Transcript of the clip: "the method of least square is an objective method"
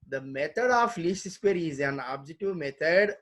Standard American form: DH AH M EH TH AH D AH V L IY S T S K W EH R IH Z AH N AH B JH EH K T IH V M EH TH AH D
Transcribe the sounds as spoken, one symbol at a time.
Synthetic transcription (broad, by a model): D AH M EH T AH D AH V L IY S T S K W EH R IH Z AH N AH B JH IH T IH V M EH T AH D